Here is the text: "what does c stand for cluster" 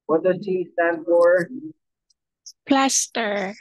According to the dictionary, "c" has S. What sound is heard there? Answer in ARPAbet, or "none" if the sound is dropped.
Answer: SH